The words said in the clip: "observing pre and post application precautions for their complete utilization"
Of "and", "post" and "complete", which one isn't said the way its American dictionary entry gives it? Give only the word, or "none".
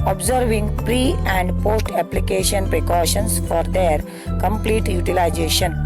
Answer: none